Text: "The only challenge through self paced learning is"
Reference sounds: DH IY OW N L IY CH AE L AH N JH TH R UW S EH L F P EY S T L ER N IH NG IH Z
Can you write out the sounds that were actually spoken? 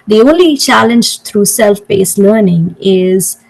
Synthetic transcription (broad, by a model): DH IY OW N L IY CH AE L AH N JH T R UW S EH L F B EY S L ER N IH NG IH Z